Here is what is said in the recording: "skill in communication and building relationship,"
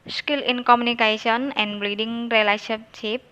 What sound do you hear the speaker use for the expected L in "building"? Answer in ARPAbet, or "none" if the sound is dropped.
none